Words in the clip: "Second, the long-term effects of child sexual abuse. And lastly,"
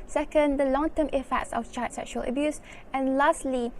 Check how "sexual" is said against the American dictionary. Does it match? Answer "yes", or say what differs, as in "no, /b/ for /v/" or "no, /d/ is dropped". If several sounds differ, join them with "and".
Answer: yes